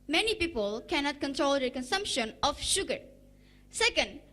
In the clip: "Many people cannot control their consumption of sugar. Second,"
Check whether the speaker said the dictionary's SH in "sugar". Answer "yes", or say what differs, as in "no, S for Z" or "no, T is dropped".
yes